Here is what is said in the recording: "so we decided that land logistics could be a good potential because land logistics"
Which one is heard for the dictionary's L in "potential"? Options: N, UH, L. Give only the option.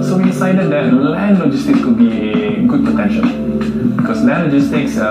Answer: N